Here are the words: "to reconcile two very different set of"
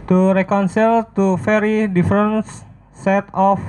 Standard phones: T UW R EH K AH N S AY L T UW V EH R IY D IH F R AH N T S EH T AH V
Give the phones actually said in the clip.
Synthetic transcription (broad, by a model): T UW R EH K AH N S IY L T UW F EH R IY D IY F R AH N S S EH T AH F